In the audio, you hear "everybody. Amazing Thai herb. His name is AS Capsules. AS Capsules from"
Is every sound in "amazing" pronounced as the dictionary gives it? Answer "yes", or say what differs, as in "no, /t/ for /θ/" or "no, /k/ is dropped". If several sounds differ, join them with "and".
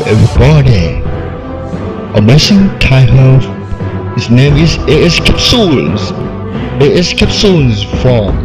no, /s/ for /z/